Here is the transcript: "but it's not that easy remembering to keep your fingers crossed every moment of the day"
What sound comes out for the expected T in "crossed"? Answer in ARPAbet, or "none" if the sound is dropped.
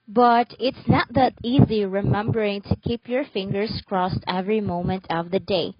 T